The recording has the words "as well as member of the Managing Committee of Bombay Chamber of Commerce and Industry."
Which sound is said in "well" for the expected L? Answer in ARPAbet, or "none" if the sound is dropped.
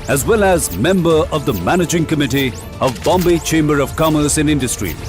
L